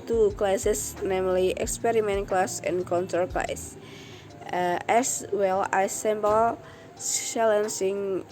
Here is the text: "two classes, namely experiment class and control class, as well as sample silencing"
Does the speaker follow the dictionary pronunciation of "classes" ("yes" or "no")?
no